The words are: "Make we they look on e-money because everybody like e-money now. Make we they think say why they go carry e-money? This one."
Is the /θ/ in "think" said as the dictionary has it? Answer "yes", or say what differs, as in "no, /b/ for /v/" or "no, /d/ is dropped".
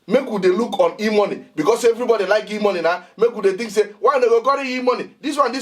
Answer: no, /t/ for /θ/